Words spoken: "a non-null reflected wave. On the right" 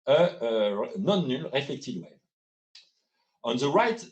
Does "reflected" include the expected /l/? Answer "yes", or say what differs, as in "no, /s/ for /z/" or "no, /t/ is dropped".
no, /l/ is dropped